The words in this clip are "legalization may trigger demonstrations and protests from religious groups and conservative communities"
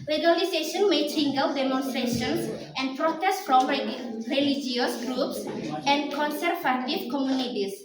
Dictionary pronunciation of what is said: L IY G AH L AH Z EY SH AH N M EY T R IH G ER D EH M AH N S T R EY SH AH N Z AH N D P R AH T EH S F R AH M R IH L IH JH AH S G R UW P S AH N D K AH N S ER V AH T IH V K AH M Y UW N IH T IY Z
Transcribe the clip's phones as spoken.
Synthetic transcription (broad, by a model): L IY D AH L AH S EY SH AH N M EY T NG G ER D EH M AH N S T R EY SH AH N S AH N P R AH T EH S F R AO M R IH L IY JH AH S G R UW P S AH N K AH N S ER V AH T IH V K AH M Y UW N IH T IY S